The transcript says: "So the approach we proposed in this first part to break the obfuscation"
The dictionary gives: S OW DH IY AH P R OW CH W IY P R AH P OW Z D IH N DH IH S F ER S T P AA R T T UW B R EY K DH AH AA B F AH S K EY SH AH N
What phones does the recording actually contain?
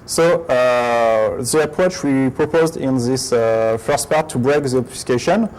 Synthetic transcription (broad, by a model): S OW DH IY AH P R OW CH W IY P R AH P OW Z D IH N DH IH S F ER S T P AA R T T UW B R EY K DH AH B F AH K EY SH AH N